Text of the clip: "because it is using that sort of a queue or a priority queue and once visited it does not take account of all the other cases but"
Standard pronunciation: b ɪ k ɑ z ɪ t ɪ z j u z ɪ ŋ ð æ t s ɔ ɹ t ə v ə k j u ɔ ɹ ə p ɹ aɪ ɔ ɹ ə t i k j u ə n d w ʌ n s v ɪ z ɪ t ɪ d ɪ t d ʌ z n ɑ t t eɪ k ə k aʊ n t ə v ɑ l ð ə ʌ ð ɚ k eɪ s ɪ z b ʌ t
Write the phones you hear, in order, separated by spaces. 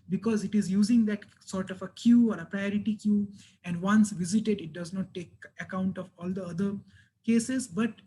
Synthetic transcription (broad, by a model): b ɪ k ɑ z ɪ t ɪ z j u z ɪ ŋ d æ t s ɔ ɹ t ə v ə k j u ɔ ɹ ə p ɹ aɪ ɔ ɹ ə t i k j u ə n d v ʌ n s v ɪ z ɪ t ɪ d ɪ t d ʌ z n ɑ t t eɪ k ə k aʊ n t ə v ɑ l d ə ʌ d ɚ k eɪ s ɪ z b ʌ t